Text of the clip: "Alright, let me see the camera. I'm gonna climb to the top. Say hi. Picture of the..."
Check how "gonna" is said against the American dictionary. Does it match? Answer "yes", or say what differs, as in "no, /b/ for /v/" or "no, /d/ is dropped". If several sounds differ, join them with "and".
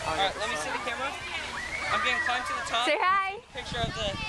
no, /n/ is dropped